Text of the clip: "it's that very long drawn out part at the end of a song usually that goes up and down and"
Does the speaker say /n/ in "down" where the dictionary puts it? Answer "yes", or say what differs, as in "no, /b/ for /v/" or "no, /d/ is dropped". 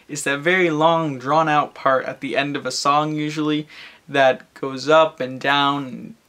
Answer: no, /n/ is dropped